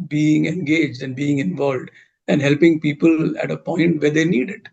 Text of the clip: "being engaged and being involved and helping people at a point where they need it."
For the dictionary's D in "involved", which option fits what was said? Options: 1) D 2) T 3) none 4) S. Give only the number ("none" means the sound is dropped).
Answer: 1